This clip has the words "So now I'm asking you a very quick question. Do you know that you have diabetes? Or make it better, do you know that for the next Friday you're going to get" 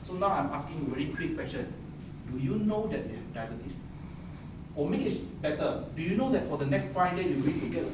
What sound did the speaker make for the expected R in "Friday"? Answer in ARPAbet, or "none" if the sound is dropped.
none